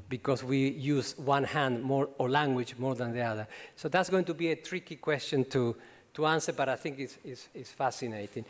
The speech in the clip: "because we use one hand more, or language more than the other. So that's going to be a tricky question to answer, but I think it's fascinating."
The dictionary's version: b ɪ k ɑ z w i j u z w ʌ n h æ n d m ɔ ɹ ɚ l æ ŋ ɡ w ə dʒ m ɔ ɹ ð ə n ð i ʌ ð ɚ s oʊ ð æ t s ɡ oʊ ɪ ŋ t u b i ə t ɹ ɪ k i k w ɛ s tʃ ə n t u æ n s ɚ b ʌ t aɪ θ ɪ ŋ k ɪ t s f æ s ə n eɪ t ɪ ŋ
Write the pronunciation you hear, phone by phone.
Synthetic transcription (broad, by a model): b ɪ k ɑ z w i j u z w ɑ n h æ n d m ɔ ɹ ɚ l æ ŋ ɡ w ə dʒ m ɔ ɹ ð ə n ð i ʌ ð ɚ s oʊ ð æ t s ɡ oʊ ɪ ŋ t u b i ə t ɹ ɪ k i k w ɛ s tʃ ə n t u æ n s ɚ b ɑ t aɪ θ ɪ ŋ k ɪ s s f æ s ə n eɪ t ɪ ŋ